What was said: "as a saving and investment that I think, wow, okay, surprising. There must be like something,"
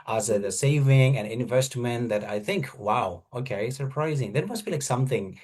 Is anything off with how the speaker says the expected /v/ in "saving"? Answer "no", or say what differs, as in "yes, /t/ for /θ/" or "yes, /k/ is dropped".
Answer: no